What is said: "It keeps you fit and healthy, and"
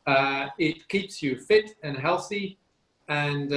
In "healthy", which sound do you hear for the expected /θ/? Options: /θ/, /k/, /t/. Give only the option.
/θ/